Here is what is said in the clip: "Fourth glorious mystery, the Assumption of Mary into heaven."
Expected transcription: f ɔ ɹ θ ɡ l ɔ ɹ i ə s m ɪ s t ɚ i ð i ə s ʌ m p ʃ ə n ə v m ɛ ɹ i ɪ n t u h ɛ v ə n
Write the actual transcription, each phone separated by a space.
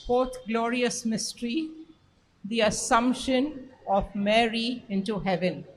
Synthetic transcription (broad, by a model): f ɔ ɹ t ɡ l ɔ ɹ i ə s m ɪ s t ɚ i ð i ə s ʌ m p ʃ ə n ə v m ɛ ɹ i ɪ n t u h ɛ v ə n